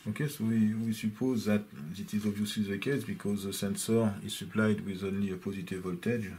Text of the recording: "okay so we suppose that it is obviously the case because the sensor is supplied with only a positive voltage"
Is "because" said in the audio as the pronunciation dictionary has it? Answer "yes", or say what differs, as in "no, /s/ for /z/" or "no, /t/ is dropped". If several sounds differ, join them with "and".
yes